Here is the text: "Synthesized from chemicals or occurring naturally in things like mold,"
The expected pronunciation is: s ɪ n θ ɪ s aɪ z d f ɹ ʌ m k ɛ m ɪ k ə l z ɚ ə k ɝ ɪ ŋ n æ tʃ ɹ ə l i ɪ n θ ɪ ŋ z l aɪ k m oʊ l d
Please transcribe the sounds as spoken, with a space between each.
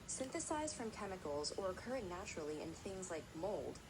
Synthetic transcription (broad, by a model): s ɪ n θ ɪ s aɪ z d f ɹ ʌ m k ɛ m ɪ k l z ɚ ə k ɝ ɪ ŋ n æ tʃ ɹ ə l i ɪ n θ ɪ ŋ z l aɪ k m oʊ l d